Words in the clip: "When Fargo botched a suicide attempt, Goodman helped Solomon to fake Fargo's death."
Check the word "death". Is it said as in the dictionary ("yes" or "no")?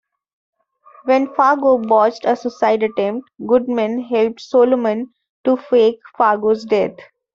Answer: no